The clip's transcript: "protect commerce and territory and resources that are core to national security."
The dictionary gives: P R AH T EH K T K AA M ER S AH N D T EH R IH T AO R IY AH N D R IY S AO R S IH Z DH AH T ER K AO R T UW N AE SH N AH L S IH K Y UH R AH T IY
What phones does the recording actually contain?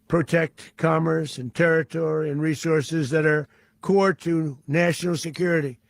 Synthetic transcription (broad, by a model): P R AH T EH K T K AA M ER S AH N T EH R IH T AO R IY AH N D R IY S AO R S IH Z DH AH T ER K AO R T UW N AE SH N L S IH K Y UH R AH T IY